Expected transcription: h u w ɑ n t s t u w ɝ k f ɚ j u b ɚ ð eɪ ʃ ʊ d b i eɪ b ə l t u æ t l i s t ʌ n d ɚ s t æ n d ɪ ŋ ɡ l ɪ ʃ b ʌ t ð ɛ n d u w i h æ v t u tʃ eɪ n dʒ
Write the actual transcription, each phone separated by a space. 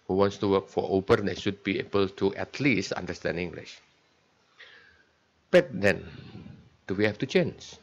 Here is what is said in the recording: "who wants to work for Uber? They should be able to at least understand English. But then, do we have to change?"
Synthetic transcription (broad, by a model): h u w ɑ n t s t u w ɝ k f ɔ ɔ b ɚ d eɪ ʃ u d b i eɪ b ə l t u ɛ t l i s t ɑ n d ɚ s t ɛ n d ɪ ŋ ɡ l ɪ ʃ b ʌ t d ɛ n d u w i h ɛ f t u tʃ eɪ n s